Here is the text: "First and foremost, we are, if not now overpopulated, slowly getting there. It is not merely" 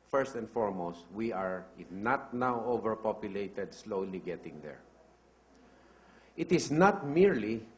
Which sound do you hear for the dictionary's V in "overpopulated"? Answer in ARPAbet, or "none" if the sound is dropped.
V